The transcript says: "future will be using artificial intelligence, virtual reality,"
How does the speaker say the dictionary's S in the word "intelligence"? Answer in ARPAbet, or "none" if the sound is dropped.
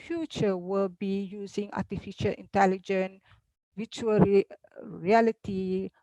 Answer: none